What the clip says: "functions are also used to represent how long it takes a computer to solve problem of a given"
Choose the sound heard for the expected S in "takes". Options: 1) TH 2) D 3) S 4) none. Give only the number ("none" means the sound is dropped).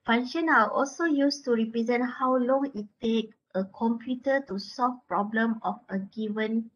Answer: 4